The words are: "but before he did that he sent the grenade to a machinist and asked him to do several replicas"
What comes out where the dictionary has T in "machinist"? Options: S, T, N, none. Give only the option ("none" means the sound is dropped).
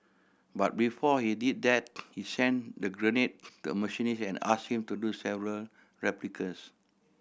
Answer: none